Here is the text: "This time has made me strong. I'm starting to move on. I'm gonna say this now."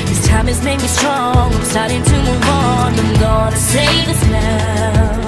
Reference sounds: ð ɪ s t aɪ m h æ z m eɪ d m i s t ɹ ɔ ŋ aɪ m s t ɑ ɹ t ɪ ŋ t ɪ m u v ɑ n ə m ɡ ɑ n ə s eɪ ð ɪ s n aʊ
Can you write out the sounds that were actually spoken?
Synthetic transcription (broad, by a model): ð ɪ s t aɪ m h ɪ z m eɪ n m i s t ɹ ɔ ŋ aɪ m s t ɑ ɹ t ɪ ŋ t ɪ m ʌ w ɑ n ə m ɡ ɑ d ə s eɪ ð ɪ s n aʊ